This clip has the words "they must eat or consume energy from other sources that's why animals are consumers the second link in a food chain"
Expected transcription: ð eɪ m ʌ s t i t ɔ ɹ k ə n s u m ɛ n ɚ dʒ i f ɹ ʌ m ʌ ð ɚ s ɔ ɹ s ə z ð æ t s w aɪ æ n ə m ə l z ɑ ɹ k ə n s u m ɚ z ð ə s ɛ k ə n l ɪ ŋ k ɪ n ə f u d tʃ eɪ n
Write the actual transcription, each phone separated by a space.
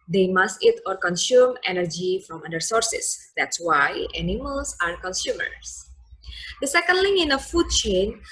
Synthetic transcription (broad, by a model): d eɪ m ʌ s t i t ɔ ɹ k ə n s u m ɛ n ɚ dʒ i f ɹ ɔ m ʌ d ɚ s ɔ ɹ s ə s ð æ t s w aɪ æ n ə m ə l s ɑ ɹ k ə n s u m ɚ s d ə s ɛ k ə n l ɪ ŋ ɪ n ə f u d tʃ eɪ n